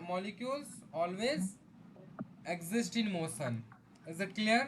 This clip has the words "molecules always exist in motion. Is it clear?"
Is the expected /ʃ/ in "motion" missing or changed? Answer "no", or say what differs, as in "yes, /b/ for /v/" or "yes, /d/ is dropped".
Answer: yes, /s/ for /ʃ/